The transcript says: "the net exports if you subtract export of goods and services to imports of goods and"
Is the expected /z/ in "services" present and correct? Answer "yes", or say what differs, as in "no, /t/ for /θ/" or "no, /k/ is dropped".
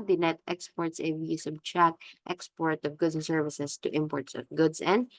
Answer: no, /s/ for /z/